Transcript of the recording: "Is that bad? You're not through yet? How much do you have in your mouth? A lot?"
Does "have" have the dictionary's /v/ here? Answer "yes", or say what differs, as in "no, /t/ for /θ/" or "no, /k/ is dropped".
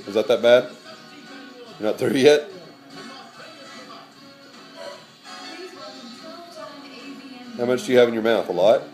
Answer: yes